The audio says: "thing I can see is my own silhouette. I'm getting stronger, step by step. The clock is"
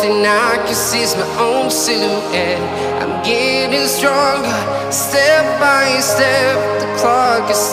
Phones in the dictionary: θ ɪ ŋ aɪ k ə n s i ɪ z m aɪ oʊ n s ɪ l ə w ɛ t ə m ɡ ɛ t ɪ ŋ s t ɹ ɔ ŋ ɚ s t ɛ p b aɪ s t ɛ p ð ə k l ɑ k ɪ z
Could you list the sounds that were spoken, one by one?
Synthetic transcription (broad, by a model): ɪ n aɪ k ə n s i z m aɪ oʊ n s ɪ ə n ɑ ə m ɡ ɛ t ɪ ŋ s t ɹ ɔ ŋ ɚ s t ɛ p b aɪ s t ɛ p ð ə k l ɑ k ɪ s